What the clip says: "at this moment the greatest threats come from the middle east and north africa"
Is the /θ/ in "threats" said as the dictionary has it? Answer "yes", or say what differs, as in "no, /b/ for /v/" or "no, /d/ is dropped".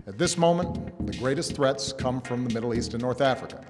yes